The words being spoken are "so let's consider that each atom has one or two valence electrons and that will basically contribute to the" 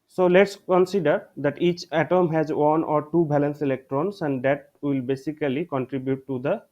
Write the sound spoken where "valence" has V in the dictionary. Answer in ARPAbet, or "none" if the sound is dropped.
B